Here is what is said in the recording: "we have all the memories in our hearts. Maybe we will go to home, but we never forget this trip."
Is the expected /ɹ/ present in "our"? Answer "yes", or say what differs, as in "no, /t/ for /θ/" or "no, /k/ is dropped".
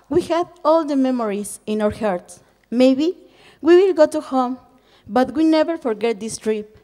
yes